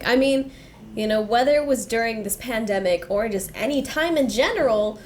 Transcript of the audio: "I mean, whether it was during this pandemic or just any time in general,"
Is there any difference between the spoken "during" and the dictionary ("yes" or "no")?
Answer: no